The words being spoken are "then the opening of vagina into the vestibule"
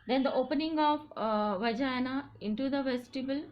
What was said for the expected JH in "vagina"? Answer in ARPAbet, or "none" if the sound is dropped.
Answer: JH